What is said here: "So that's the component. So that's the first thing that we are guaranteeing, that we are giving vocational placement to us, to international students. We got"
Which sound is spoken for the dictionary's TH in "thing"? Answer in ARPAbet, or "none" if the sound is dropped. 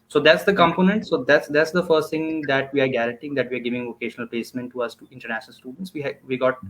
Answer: T